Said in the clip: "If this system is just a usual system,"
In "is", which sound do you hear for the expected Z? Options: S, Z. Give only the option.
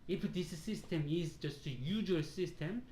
Z